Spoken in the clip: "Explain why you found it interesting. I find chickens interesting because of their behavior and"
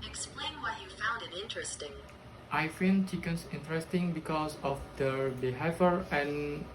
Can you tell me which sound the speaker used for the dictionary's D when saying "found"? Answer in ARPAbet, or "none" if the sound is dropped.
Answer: D